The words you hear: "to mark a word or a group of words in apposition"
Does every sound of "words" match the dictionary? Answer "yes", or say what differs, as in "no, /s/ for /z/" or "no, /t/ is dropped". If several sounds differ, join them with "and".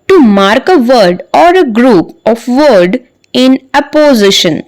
no, /z/ is dropped